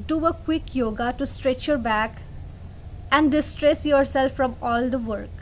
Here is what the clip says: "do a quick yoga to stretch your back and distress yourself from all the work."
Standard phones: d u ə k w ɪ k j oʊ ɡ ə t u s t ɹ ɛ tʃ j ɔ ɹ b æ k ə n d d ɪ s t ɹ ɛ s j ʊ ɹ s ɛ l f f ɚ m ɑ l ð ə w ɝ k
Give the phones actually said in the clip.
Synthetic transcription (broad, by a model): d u ə k w ɪ k j oʊ ɡ ə t u s t ɹ ɛ tʃ j ɔ ɹ b æ k ə n d d ɪ s t ɹ ɛ s j ʊ ɹ s ɛ l f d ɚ m ɑ l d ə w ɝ k